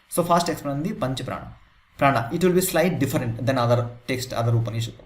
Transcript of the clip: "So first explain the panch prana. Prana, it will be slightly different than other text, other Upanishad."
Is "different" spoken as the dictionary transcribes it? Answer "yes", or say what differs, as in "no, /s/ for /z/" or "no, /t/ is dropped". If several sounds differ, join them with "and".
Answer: no, /f/ is dropped